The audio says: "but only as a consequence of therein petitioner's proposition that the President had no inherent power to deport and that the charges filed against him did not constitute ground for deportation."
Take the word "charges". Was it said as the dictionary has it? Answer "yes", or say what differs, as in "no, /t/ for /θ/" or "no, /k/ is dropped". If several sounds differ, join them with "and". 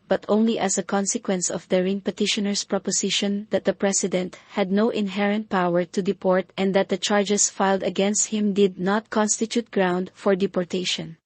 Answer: no, /s/ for /z/